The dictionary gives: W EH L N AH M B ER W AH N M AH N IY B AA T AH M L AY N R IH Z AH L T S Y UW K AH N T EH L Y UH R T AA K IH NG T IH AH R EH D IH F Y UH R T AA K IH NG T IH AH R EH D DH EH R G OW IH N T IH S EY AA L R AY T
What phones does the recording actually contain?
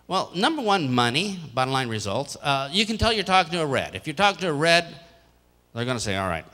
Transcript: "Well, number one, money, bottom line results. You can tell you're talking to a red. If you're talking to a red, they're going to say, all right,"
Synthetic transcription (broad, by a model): W EH L N AH M B ER W AH N M AH N IY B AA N L AY N R IH Z AH L T S Y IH K AH N T EH L Y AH R T AA K IH NG T IH AH R EH D IH F Y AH R T AA K IH NG T IH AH R EH D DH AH R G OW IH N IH S EY AA L R AY T